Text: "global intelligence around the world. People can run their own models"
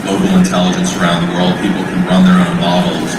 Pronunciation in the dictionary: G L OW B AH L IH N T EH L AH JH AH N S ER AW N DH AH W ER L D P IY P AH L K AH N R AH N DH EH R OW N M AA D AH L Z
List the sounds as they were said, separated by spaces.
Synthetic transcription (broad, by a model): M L OW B L IH N T EH L AH JH AH N S ER AW N DH AH W ER L D P IY P L K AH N R AH N DH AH R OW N M AA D L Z